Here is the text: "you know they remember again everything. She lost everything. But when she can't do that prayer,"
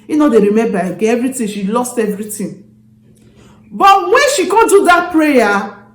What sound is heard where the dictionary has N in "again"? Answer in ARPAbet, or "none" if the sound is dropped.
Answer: none